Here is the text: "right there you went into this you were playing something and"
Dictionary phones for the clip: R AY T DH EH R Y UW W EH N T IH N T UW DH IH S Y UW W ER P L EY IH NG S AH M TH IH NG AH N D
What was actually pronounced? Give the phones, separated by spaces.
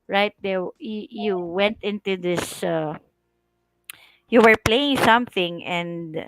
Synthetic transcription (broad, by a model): R AY T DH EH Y Y UW W EH N T IH N T UW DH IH S Y UW W ER P L EY IH NG S AH M TH IH NG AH N D